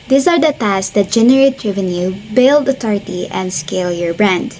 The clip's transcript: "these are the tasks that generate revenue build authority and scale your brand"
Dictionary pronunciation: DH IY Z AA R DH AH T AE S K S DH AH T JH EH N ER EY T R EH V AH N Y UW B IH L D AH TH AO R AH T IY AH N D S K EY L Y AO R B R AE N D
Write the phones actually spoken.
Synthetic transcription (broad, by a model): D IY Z AA R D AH T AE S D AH T JH EH N ER EY T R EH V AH N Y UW B IH L D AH T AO R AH T IY AH N D S K EY L Y AO R B R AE N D